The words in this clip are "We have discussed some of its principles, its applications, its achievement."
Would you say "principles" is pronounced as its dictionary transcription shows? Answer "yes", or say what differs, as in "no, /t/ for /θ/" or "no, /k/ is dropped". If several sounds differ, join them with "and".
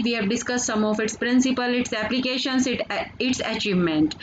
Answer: no, /z/ is dropped